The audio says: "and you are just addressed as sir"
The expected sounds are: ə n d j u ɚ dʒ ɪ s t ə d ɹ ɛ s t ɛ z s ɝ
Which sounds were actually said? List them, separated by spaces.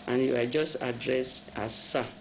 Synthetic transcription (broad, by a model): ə n j u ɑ dʒ ɪ s t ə d ɹ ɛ s ɑ s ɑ